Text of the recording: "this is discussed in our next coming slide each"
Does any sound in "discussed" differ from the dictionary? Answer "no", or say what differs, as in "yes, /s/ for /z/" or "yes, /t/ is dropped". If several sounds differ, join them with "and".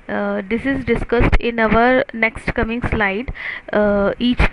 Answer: no